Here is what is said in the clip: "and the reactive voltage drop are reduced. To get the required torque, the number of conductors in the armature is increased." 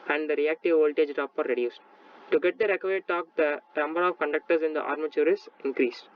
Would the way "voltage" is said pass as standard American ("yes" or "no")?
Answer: yes